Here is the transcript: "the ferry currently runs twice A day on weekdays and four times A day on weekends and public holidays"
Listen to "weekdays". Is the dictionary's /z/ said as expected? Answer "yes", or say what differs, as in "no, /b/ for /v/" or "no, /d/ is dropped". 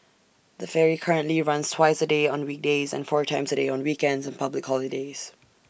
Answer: yes